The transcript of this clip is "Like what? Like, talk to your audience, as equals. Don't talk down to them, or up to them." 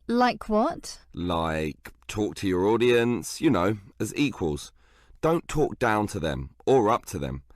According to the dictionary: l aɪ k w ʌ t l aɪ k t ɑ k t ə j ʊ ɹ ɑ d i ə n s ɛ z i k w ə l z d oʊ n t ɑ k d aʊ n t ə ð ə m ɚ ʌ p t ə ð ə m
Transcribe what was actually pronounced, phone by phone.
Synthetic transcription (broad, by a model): l aɪ k w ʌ t l aɪ k t ɑ k t ə j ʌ ɹ ɑ d i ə n s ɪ z i k w ə l z d oʊ n t ɑ k d aʊ n t ə ð ə m ɚ ʌ p t ə ð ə m